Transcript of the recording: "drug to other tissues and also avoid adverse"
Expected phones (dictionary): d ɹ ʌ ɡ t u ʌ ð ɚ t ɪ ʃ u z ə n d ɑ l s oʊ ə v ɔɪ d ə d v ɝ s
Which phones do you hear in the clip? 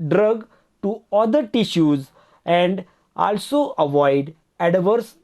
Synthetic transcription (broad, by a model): d ɹ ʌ ɡ t u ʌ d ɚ t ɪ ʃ u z ə n d ɑ l s oʊ ə v ɔɪ d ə d v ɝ s